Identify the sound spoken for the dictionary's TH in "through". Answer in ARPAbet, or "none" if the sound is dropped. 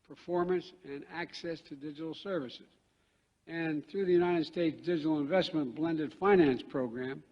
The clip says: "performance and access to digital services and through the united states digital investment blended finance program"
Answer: TH